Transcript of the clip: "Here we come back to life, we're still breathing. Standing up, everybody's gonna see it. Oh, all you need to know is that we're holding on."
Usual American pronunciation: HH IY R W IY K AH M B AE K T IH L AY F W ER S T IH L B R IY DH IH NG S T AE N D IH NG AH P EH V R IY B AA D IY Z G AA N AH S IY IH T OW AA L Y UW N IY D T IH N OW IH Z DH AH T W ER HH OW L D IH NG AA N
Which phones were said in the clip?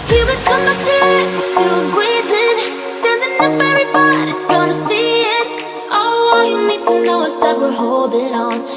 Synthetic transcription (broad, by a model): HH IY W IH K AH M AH T IH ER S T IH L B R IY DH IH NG S T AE N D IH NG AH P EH R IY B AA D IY S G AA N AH S IY IH T OW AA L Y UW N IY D T IH N OW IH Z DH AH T W ER HH OW L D IH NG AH N